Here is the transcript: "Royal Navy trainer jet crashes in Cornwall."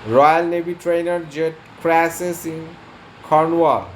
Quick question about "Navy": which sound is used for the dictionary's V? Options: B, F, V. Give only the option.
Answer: B